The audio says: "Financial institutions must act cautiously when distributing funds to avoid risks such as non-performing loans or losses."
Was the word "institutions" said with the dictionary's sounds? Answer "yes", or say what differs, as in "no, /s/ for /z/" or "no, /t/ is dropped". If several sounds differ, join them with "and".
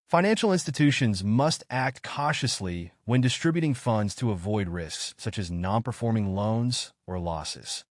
yes